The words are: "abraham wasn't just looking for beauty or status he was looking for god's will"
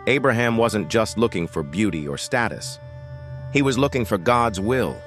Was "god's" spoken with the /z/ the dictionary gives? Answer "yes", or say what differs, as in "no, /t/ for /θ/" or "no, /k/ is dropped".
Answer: yes